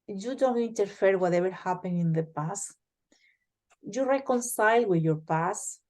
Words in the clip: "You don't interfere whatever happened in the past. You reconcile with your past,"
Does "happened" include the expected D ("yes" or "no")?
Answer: no